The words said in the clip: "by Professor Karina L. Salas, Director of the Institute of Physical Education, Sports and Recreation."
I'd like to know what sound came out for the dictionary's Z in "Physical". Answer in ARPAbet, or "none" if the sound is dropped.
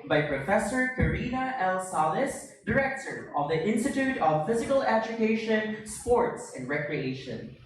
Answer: Z